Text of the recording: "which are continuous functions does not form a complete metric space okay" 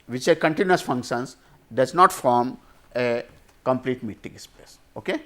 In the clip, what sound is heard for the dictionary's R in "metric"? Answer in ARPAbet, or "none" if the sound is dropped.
none